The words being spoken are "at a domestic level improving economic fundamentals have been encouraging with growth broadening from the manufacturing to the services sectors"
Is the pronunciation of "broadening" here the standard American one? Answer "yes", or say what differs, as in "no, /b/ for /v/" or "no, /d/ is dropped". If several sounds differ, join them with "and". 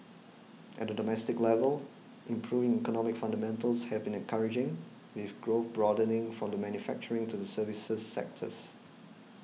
yes